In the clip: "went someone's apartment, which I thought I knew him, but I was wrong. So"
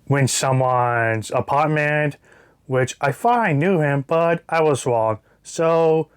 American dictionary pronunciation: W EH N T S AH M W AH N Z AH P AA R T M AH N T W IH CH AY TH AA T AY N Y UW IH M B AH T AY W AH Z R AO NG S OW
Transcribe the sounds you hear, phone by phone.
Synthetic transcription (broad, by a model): W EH N S AH M W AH N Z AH P AA T M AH N W IH CH AY F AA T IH N Y UW IH M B AH T AY W AH Z R AO NG S OW